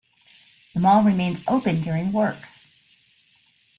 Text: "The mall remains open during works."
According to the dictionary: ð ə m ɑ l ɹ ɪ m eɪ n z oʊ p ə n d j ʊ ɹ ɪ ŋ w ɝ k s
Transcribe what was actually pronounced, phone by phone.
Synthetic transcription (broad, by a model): ð ə m ɑ l ɹ ɪ m eɪ n z oʊ p ə n d j ʊ ɹ ɪ ŋ w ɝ k